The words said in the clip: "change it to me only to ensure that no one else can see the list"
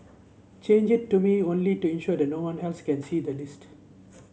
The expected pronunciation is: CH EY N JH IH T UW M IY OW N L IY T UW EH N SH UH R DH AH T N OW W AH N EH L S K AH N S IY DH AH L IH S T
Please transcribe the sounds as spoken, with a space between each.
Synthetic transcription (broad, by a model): CH EY N JH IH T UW M IY OW N L IY T UW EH N SH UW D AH T N OW W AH N EH L S K AH N S IY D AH L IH S T